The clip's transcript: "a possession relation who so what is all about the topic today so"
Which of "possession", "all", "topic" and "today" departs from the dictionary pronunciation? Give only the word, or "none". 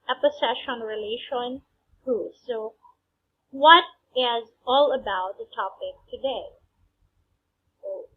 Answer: possession